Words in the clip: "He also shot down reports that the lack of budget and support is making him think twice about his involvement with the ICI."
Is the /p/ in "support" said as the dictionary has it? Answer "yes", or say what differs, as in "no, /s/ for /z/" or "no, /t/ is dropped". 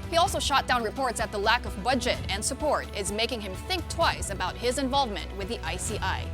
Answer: yes